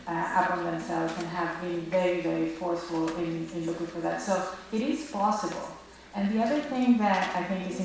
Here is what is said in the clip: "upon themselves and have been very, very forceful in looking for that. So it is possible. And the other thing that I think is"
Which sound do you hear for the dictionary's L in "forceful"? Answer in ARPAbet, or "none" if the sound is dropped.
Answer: N